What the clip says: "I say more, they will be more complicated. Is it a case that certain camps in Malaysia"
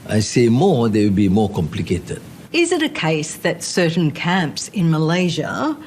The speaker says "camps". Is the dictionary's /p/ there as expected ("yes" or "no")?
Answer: yes